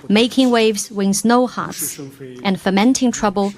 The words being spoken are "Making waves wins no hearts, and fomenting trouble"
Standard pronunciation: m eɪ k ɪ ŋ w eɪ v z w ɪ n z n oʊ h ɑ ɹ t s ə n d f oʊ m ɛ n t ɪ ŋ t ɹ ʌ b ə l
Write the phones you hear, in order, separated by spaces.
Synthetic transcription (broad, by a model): m eɪ k ɪ ŋ w eɪ v z w ɪ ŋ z n oʊ h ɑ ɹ t s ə n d f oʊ m ɛ n t ɪ ŋ t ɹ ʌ b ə l